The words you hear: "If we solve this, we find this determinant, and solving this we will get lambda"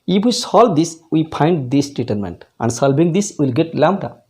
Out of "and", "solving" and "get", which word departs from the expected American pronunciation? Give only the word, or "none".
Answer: solving